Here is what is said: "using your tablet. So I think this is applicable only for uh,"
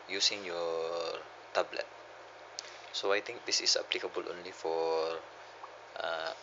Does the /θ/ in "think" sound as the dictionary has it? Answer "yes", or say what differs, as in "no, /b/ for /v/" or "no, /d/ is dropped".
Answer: no, /t/ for /θ/